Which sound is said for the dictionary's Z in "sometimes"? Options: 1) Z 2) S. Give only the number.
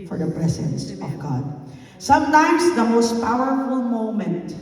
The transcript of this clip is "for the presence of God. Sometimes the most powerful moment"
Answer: 1